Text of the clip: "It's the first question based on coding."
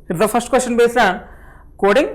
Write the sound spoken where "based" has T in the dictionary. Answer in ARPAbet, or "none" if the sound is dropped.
none